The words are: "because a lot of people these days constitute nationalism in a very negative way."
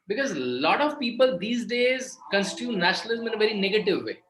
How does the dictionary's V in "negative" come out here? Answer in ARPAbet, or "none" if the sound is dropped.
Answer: V